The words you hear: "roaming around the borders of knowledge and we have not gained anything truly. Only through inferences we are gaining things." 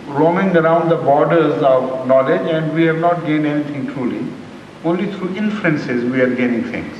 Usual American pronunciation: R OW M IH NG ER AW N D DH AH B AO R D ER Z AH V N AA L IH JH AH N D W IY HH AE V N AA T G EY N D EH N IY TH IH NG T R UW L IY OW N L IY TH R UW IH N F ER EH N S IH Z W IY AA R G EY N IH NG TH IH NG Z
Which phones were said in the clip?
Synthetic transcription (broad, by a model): R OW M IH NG ER AW N D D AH B AO R D ER Z AH V N AA L IH JH AH N D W IY HH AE V N AA T G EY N EH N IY T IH NG T R UW L IY OW N L IY T R UW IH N F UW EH N S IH Z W IY AA R G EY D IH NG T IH NG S